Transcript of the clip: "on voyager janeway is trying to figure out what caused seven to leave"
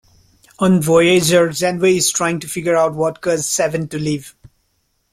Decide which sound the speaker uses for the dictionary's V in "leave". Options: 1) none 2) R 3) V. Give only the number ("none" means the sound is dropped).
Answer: 3